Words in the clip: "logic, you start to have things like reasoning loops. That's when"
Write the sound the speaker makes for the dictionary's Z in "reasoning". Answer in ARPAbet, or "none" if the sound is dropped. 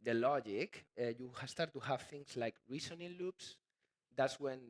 S